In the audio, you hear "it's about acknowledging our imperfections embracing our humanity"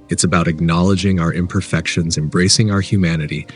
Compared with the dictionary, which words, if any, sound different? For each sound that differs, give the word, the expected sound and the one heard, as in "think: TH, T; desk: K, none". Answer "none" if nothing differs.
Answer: none